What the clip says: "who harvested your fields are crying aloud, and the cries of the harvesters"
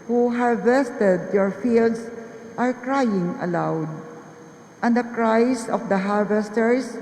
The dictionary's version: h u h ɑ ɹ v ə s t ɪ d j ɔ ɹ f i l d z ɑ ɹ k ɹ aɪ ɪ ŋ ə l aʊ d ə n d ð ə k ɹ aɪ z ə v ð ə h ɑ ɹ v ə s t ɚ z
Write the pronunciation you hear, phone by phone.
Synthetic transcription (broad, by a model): h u h ɑ ɹ v ə s t ɪ d j ɔ ɹ f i l d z ɑ ɹ k ɹ aɪ ɪ ŋ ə l aʊ d ə n d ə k ɹ aɪ s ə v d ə h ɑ ɹ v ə s t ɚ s